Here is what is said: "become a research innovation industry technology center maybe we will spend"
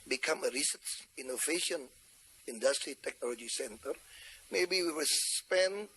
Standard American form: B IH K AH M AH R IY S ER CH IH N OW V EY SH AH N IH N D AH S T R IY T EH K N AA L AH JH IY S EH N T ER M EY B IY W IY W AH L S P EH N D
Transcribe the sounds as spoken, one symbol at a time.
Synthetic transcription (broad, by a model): B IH K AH M AH R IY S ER S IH N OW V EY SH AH N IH N D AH S T R IY T EH K N AA L AH JH IY S EH N T ER M EY B IY W IY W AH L S P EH N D